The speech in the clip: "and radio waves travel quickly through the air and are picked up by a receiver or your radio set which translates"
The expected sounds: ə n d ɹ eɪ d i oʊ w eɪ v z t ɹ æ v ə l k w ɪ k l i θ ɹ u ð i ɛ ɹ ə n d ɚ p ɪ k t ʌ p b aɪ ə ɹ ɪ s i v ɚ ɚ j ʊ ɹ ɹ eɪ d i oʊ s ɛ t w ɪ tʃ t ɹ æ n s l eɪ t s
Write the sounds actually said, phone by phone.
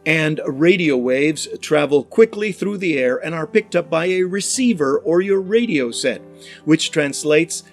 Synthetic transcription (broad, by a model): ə n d ɹ eɪ d i oʊ w eɪ v z t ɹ æ v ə l k w ɪ k l i θ ɹ u ð i ɛ ɹ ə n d ɚ p ɪ k t ʌ p b aɪ ə ɹ ɪ s i v ɚ ɚ j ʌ ɹ ɹ eɪ d i oʊ s ɛ t w ɪ tʃ t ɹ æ n s l eɪ t s